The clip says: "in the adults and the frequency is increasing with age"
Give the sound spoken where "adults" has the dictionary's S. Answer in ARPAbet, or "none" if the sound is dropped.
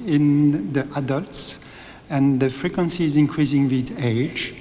S